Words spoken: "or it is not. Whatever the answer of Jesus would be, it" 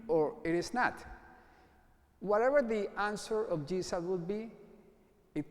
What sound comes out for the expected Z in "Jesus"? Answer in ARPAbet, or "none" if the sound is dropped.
S